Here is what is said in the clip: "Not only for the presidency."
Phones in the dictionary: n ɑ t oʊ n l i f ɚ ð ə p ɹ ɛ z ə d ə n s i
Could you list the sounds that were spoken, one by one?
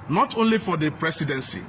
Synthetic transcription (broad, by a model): n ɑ t oʊ n l i f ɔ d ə p ɹ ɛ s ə d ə n s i